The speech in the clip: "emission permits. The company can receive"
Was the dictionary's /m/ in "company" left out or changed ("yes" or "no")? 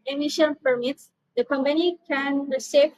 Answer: no